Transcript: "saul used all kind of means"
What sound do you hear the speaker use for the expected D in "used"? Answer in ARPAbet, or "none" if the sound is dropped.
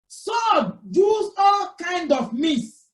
none